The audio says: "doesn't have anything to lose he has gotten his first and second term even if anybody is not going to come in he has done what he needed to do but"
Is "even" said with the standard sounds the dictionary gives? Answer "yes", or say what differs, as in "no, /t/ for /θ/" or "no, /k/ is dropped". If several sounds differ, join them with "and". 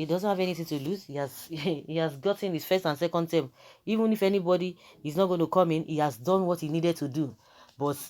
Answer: yes